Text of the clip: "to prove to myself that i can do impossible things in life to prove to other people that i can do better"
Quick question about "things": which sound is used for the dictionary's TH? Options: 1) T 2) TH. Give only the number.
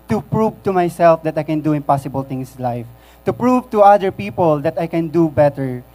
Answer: 1